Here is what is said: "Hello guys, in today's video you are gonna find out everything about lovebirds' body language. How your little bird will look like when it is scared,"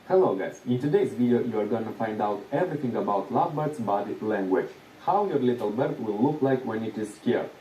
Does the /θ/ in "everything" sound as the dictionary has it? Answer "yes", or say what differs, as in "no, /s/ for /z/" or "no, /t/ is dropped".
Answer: no, /t/ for /θ/